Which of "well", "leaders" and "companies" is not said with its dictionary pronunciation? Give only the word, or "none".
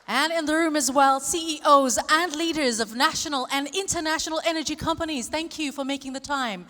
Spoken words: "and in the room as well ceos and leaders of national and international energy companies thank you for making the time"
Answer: none